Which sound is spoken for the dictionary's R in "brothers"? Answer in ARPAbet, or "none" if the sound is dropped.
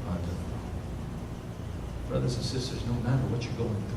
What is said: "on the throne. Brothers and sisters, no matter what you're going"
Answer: R